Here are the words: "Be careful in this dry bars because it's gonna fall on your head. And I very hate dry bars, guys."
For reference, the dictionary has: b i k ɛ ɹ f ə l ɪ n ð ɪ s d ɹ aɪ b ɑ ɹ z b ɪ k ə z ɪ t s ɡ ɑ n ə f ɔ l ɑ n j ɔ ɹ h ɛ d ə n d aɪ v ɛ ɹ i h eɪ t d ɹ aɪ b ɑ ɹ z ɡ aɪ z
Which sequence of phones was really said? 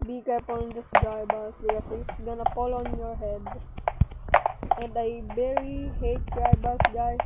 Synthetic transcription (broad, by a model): b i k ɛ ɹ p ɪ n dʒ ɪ s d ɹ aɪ b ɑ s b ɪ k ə s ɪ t s ɡ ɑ n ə p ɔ l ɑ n j ɔ ɹ h ɛ d ə n d aɪ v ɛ ɹ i h eɪ t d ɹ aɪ b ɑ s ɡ aɪ